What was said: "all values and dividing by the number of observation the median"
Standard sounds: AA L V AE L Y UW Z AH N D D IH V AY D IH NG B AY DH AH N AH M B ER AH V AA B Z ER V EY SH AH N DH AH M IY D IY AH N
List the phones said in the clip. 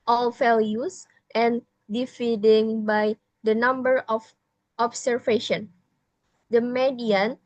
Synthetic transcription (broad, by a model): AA L F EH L Y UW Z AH N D D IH F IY D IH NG B AY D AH N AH M B ER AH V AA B S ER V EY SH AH N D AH M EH D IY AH N